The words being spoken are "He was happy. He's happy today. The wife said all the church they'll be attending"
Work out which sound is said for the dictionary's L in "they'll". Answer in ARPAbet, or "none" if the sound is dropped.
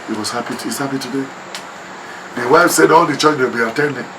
W